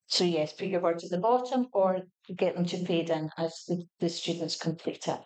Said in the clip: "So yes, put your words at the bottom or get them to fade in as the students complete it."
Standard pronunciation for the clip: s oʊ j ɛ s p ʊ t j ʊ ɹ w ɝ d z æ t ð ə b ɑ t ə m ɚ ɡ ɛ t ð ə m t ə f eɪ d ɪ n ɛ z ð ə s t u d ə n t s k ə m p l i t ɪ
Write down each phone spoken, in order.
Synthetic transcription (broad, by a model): s oʊ j ɛ s p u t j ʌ ɹ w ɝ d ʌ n ð ə b ɑ t ə m ɚ ɡ ɛ t ð ə m t ə p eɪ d ɪ n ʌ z ð ə s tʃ u d n t s k ə m p l i t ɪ